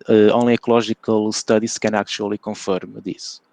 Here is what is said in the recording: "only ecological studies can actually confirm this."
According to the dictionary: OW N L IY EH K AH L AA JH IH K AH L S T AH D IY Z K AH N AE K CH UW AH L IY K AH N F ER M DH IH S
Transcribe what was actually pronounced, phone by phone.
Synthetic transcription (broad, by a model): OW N L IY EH K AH L AA ZH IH K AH L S T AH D IY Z K AH N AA K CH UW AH L IY K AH F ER M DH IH S